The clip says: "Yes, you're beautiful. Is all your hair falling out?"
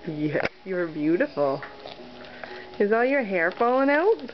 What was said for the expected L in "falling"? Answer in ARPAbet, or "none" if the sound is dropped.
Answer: none